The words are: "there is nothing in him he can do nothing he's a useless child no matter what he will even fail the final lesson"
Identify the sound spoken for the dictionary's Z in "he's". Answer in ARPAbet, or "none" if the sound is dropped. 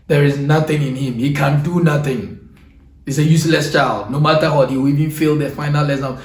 S